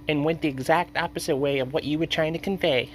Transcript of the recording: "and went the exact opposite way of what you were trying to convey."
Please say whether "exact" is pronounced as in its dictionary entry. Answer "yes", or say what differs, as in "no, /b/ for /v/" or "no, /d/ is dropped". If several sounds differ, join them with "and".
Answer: yes